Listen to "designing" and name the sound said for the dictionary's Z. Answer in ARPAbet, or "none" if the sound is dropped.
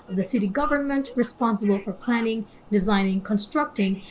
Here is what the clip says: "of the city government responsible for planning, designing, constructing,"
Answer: Z